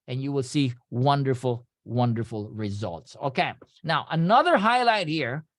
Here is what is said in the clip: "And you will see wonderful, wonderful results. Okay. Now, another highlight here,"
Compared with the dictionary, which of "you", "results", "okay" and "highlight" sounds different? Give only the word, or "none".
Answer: none